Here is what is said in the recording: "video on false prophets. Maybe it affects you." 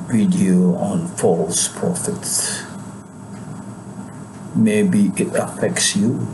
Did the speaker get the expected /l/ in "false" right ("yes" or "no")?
yes